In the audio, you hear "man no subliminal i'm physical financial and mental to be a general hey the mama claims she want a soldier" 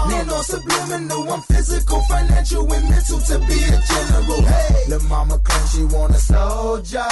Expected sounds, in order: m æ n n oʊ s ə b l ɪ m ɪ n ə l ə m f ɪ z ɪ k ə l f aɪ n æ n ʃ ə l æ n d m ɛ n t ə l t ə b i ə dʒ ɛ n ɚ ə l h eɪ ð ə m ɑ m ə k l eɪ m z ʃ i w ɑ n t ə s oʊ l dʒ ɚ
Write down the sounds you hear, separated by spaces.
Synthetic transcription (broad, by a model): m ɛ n n oʊ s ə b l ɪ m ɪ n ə w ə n f ɪ z ɪ k ə l f aɪ n æ n ʃ ə l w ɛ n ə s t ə b i ə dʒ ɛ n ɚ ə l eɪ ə m ɑ m ə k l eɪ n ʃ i w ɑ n ə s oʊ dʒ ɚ